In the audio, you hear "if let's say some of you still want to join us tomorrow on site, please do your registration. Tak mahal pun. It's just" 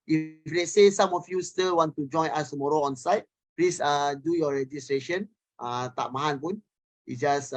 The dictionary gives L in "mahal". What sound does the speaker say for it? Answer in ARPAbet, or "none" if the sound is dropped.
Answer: N